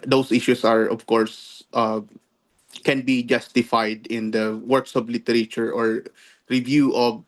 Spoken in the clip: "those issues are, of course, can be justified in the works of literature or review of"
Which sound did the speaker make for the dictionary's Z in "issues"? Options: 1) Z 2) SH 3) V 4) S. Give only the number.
4